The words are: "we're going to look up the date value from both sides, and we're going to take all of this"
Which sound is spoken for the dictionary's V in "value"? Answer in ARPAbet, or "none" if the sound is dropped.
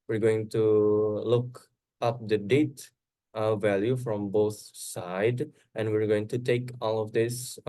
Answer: V